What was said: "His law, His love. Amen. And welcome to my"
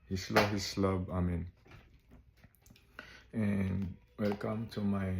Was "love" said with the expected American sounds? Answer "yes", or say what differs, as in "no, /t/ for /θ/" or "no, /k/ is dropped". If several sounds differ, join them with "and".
no, /b/ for /v/